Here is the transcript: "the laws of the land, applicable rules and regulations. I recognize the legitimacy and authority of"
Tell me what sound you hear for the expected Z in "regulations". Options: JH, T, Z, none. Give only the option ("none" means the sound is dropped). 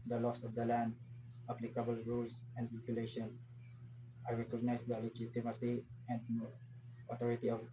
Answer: none